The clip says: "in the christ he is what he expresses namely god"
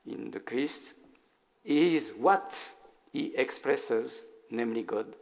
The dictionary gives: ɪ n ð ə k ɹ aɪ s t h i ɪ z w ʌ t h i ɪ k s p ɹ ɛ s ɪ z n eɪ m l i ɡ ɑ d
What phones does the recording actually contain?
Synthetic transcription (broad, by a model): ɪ n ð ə k ɹ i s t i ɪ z w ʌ t h i ɪ k s p ɹ ɛ s ɪ z n eɪ m l i ɡ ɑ d